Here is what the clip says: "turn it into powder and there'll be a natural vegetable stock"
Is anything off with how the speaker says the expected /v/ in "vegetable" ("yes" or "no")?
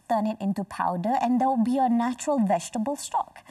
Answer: no